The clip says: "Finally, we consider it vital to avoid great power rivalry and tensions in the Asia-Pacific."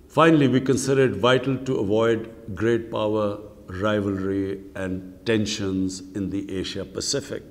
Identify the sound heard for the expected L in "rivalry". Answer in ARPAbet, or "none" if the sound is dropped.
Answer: L